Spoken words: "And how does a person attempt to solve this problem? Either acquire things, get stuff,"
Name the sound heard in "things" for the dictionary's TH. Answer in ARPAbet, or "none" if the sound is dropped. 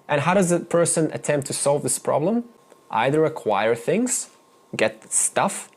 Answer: TH